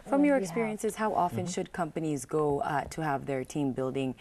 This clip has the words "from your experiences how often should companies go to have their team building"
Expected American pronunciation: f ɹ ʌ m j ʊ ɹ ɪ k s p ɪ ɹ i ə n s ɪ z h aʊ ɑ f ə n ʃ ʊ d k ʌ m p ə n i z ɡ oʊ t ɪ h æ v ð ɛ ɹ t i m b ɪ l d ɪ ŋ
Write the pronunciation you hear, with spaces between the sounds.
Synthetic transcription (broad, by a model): f ɹ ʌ m j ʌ ɹ ɪ k s p ɪ ɹ i ə n s ɪ z h aʊ ɑ f ə n ʃ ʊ d k ʌ m p ə n i z ɡ oʊ t ɪ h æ v ð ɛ ɹ t i m b ɪ l d ɪ ŋ